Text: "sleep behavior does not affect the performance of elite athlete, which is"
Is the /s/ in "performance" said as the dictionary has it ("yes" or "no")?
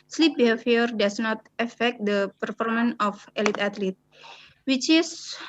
no